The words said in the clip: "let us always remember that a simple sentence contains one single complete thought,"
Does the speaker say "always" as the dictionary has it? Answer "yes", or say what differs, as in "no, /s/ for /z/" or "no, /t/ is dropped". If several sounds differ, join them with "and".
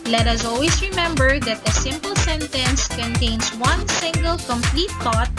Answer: no, /s/ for /z/